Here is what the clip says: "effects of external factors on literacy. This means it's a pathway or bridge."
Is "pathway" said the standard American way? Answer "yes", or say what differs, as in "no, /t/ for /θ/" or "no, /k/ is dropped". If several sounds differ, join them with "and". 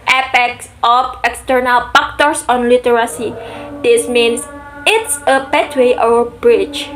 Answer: no, /t/ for /θ/